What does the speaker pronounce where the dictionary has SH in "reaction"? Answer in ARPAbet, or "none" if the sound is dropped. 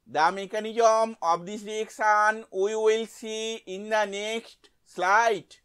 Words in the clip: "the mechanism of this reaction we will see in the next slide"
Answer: S